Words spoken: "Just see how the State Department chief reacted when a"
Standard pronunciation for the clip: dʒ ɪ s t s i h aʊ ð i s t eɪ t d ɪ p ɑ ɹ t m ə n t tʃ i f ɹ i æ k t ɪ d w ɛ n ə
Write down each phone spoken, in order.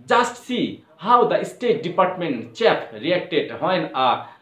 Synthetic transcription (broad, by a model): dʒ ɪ s t s i h aʊ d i s t eɪ t d ɪ p ɑ ɹ t m ə n t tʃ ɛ p ɹ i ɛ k t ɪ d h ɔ n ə